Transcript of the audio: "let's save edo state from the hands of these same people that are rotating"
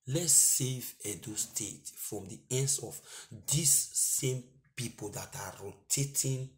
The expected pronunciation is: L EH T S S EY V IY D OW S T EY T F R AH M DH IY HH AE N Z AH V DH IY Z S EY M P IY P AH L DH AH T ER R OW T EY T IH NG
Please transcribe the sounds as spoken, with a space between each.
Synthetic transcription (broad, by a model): L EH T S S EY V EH D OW S T EY T F R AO M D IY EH N S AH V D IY S EY M P IY P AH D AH T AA R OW T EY T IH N